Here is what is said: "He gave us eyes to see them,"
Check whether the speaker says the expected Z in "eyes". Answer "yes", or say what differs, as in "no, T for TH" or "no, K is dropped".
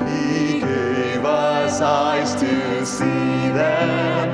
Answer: no, S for Z